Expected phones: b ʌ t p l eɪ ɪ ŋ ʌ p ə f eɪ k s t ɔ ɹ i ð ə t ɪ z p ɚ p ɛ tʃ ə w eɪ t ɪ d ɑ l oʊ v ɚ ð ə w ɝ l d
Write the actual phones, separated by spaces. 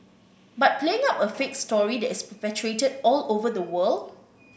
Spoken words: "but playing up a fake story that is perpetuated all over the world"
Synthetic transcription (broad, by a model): b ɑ t p l eɪ ɪ ŋ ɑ p ə f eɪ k s t ɔ ɹ i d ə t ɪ s p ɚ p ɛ tʃ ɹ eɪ t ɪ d ɑ l oʊ v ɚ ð ə w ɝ l d